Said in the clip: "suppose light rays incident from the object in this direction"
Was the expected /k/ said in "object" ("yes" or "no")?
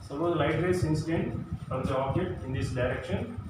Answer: no